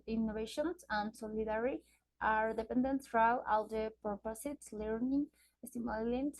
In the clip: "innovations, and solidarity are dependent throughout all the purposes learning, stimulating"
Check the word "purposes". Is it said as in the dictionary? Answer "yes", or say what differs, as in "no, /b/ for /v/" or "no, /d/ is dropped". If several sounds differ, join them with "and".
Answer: no, /s/ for /z/